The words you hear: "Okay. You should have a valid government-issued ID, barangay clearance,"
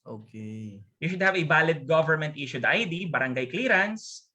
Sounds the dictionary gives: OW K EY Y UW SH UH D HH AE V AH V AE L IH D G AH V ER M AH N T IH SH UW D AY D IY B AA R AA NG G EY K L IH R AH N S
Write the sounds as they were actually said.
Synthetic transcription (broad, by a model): OW K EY Y UW SH UH D HH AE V AH B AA L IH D G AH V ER M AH N T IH SH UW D AY D IY B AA R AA NG G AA K L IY R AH N S